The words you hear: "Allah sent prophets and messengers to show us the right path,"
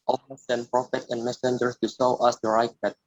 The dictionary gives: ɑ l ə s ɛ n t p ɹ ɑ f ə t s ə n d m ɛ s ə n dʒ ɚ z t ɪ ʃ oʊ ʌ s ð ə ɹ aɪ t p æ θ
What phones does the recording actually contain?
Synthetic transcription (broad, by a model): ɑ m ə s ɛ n p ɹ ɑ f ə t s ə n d m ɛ s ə n dʒ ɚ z t ɪ s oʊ ʌ s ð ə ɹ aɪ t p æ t